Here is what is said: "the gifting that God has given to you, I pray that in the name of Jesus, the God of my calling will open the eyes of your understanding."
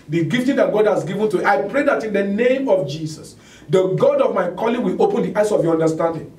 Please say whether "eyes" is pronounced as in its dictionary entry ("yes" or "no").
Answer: no